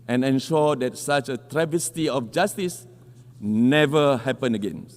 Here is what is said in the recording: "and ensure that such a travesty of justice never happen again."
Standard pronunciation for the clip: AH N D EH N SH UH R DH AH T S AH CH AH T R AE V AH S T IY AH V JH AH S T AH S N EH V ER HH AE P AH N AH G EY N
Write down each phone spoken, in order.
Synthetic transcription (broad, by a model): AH N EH N SH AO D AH T S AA CH AH T R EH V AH S T IY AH F JH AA S T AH S N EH V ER HH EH P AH N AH G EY N